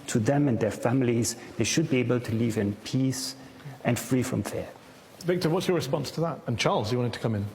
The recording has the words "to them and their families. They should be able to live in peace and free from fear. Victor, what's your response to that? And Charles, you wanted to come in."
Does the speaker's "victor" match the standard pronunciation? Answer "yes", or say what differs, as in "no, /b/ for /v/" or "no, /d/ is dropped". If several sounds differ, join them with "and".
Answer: yes